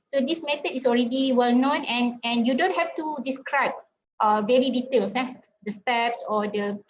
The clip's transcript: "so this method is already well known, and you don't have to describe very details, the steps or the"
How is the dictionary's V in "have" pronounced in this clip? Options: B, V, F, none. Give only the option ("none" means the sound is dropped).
F